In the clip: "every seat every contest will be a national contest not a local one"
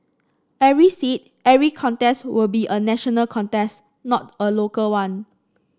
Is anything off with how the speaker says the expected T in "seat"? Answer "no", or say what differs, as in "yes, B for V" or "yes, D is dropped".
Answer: no